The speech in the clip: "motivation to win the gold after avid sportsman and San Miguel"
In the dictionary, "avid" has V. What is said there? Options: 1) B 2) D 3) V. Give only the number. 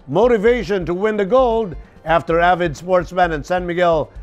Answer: 3